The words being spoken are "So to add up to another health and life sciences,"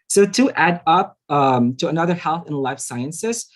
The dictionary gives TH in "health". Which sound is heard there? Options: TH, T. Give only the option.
TH